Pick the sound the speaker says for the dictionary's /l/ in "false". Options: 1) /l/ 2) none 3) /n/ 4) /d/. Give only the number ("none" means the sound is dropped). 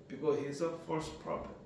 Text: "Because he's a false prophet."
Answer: 2